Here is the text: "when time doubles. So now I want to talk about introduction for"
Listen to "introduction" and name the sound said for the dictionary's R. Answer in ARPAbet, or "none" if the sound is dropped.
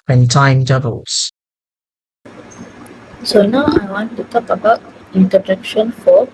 none